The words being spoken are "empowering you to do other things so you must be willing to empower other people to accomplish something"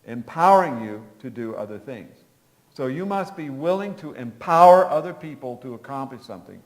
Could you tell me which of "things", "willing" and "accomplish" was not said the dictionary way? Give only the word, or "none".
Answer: none